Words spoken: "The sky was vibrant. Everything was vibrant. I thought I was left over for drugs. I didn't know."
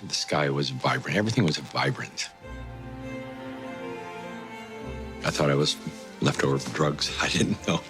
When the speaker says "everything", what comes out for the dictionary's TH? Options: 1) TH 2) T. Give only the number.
1